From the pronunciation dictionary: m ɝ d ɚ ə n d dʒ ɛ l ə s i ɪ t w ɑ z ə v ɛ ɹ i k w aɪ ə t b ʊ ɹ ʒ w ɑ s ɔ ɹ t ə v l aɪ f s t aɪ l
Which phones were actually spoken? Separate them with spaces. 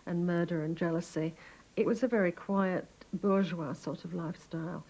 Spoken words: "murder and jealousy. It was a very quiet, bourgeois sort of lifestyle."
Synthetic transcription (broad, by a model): m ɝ d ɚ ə n dʒ ɛ l ə s i ɪ t w ɑ z ə v ɛ ɹ i k w aɪ ə t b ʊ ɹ ʒ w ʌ s ɔ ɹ t ə v l aɪ f s t aɪ l